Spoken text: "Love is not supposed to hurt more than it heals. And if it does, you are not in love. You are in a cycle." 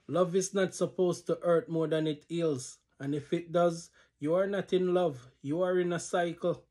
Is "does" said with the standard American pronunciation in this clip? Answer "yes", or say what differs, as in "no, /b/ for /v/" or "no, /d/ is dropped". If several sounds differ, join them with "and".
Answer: yes